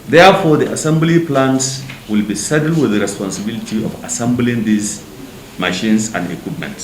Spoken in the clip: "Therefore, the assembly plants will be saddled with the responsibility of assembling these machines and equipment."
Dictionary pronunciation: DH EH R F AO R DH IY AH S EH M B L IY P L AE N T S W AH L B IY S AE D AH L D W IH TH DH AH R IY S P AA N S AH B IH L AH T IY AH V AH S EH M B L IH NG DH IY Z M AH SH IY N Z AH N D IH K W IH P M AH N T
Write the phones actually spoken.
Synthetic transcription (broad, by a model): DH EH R F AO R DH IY AH S EH M B L IY P L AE N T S W AH L B IY S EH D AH L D W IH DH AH R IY S P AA N S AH B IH L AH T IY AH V AH S EH M B L IH NG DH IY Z M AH SH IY N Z AH N D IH K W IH P M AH N T